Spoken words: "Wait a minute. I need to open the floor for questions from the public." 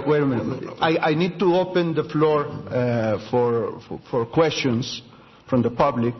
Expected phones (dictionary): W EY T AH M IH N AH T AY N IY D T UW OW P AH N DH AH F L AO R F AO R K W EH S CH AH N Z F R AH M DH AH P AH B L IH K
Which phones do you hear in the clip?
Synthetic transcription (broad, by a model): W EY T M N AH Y AY N IY D T UW OW P AH N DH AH F L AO R F AO R K W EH S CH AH N S F R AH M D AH P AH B L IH K